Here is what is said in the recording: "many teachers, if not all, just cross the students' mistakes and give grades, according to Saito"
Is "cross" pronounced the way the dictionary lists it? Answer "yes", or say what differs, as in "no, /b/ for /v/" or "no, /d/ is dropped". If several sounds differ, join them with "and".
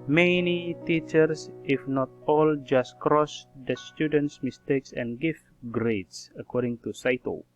yes